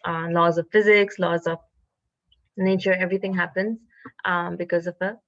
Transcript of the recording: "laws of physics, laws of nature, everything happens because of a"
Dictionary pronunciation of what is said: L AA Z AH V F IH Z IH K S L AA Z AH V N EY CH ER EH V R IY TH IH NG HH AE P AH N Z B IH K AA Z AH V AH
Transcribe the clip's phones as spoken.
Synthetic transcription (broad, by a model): L AA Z AH V F IH Z IH K S L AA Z AH V N EY CH ER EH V R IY T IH NG HH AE P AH N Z B IH K AA Z AH V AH